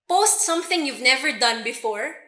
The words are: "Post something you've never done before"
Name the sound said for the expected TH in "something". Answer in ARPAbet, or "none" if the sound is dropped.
TH